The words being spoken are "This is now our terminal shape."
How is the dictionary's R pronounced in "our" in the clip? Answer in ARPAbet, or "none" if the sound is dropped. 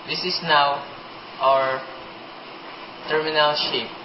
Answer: R